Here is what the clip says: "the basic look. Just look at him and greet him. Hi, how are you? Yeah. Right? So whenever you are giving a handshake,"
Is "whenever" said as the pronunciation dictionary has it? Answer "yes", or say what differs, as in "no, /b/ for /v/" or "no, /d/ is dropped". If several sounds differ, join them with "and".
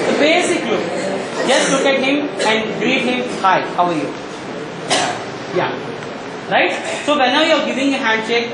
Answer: no, /v/ is dropped